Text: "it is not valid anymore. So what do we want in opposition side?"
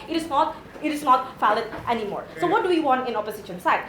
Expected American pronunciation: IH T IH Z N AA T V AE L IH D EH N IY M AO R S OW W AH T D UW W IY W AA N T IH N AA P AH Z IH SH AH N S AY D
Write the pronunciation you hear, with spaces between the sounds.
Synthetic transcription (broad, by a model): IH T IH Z N AA T F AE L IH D EH N IY M AO R S OW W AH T D UW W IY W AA N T IH N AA P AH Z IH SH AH N S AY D